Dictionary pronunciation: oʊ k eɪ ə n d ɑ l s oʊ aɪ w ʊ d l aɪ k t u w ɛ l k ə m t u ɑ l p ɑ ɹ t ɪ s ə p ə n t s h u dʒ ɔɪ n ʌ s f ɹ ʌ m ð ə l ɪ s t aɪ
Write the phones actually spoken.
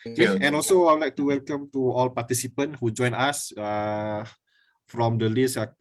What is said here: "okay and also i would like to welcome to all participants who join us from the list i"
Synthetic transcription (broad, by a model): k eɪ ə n ɑ l s oʊ aɪ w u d l aɪ k t u w ɛ l k ə m t u ɑ l p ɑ t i s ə p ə n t h u dʒ ɔɪ n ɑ s f ɹ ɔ m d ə l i s aɪ